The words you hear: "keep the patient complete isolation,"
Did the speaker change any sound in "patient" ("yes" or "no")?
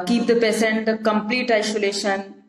yes